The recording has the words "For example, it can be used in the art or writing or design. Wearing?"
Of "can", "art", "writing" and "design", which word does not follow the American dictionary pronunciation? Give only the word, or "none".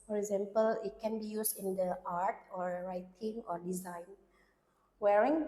none